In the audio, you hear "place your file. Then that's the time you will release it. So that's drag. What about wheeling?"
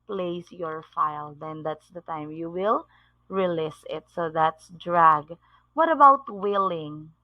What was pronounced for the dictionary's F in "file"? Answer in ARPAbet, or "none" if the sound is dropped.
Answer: F